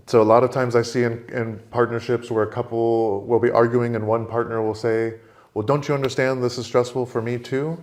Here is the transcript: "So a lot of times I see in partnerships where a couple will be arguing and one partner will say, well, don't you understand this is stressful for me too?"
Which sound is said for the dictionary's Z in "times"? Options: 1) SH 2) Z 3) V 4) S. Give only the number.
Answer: 2